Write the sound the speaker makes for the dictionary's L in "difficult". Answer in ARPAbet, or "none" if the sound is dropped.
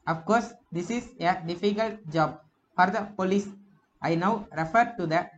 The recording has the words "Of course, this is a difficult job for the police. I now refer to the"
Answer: L